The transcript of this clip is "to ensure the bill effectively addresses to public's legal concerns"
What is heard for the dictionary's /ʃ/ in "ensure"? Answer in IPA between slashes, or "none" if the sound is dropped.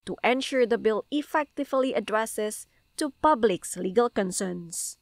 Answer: /ʃ/